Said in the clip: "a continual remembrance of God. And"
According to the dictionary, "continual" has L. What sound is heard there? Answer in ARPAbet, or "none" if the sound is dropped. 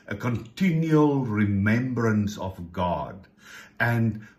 L